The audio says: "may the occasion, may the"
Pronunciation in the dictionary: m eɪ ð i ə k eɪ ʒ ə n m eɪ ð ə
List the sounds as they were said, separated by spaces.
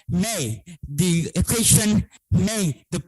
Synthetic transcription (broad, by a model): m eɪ ð i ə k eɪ ʃ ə n m eɪ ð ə